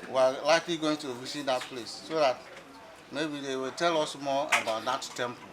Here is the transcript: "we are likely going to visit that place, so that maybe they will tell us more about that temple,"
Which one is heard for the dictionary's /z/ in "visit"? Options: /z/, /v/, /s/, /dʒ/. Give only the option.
/s/